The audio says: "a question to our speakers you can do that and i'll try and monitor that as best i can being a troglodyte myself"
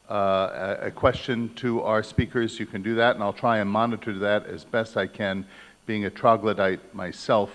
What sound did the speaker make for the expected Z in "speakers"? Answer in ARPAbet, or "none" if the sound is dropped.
Z